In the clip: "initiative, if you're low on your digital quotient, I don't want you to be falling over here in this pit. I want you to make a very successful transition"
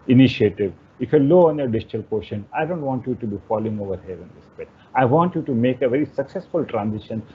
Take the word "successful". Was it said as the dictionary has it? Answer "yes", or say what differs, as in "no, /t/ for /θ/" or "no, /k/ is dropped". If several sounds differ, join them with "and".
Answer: yes